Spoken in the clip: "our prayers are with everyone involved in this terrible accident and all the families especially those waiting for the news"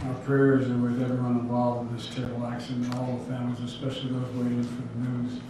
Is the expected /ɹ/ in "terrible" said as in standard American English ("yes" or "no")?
no